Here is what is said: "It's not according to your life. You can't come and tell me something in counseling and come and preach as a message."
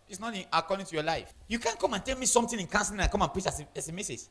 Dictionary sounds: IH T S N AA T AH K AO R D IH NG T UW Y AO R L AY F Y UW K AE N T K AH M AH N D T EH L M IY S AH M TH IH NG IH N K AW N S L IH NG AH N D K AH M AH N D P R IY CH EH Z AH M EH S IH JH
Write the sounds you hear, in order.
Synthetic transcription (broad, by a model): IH T S N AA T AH K AO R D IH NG T UW Y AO L AY F Y UW K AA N K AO M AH N T EH L M IY S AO M T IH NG IH N K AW N S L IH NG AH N K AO M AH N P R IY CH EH S AH M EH S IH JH